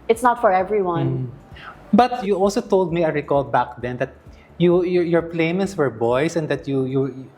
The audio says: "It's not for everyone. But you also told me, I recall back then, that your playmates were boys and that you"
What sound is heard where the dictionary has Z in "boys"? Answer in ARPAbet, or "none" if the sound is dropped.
S